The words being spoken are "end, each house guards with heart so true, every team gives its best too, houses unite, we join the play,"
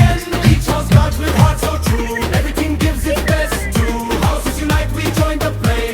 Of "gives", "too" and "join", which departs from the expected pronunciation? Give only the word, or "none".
none